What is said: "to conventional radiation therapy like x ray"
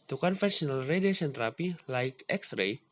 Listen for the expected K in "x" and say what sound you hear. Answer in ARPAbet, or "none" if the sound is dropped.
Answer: K